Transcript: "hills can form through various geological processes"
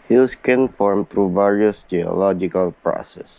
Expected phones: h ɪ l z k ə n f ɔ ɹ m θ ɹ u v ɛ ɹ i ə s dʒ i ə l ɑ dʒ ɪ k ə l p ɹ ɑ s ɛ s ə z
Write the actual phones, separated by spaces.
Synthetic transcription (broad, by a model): h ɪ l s k ə n f ɔ ɹ m t ɹ u v ɛ ɹ i ə s dʒ i ə l ɑ dʒ ɪ k ə l p ɹ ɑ s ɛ s